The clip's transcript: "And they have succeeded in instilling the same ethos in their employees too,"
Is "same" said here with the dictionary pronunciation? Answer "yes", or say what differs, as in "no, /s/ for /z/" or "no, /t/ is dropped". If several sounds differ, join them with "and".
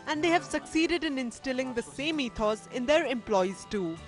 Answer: yes